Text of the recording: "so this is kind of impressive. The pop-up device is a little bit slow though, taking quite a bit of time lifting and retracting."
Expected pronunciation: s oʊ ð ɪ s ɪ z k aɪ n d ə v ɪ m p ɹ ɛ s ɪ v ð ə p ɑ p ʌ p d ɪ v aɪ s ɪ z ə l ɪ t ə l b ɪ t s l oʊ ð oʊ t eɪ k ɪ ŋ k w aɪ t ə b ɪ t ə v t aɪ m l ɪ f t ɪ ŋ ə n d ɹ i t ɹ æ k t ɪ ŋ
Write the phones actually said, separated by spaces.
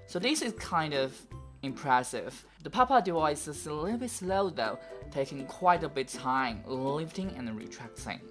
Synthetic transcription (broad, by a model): s oʊ ð ɪ s ɪ z k aɪ n d ə v ɪ m p ɹ ɛ s ɪ v ð ə p ɑ p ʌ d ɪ aɪ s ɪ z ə l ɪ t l b ɪ t s l oʊ ð oʊ t eɪ k ɪ ŋ k w aɪ t ə b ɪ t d t aɪ m l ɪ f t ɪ ŋ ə n ɹ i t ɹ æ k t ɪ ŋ